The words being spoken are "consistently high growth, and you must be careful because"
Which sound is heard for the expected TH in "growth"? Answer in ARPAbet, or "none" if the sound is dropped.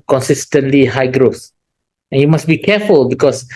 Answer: S